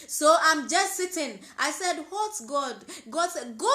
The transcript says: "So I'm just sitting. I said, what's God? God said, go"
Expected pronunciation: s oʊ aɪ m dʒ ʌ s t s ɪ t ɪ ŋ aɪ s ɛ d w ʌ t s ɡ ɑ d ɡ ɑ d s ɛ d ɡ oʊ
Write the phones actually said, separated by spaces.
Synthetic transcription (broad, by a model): s oʊ aɪ m dʒ ʌ s t s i t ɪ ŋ aɪ s ɛ d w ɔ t ɡ ɑ d ɡ ɑ d s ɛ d ɡ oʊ